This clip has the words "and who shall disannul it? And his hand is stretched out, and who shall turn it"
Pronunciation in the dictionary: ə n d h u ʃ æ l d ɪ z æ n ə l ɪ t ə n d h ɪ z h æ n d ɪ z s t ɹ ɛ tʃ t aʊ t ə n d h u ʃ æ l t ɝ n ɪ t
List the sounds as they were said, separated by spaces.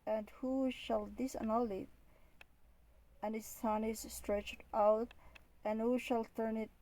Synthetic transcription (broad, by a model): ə n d h u ʃ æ l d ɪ s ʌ n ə l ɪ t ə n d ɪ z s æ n ɪ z s t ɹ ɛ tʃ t aʊ t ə n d h u ʃ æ l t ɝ n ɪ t